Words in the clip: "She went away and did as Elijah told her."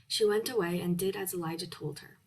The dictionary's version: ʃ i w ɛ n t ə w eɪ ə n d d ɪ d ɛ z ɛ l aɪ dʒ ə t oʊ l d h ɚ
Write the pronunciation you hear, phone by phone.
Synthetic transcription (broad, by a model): ʃ i w ɛ n t ə w eɪ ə n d d ɪ d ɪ z ɛ l aɪ dʒ ə t oʊ l d h ɚ